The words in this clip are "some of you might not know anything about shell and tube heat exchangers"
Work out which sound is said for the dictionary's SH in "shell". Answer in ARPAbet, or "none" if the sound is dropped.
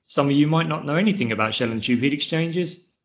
SH